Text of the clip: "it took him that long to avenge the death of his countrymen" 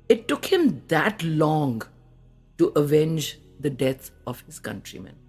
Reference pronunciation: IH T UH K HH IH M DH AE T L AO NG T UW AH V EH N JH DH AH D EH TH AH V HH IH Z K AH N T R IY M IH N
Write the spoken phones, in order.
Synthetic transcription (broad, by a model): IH T UH K HH IH M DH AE T L AO NG T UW AH V EH N JH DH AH D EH T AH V HH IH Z K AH N T R IY M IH N